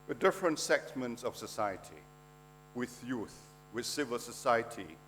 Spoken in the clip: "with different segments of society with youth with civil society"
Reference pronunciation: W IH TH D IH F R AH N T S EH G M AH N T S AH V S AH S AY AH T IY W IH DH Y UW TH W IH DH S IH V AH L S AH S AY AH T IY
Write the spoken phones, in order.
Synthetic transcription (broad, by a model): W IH D IH F R AH N T S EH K M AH N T S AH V S AH S AY AH T IY W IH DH Y UW TH W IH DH S IH V AH L S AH S AY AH T IY